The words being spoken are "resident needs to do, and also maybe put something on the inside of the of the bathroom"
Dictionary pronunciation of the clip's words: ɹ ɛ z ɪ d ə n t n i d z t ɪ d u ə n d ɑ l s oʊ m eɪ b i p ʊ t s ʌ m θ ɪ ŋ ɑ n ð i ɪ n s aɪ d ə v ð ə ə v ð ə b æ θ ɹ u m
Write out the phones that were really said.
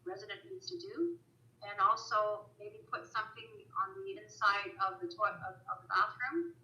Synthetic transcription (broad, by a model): ɹ ɛ z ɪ d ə n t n i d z t ɪ d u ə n ɑ l s oʊ m eɪ b i p ʊ t s ʌ m θ ɪ ŋ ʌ n ð i ɪ n s aɪ d ə v ð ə ə v ð ə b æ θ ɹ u m